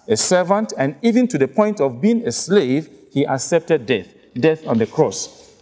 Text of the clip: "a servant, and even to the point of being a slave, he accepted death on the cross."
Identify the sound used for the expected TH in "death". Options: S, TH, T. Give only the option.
TH